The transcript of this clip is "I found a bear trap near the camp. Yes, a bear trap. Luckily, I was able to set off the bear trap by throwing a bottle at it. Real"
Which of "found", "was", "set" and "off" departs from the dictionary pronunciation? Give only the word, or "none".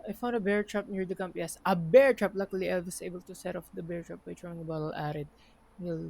was